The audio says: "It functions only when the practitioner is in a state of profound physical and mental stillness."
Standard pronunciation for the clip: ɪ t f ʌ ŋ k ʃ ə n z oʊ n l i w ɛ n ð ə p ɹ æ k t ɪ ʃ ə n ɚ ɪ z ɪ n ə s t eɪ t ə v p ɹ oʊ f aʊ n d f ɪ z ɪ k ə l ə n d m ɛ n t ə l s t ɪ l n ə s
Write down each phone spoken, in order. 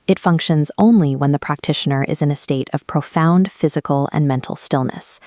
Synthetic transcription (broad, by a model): ɪ t f ʌ ŋ k ʃ ə n z oʊ n l i w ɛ n ð ə p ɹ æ k t ɪ ʃ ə n ɚ ɪ z ɪ n ə s t eɪ t ə v p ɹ oʊ f aʊ n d f ɪ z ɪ k l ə n m ɛ n t l s t ɪ l n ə s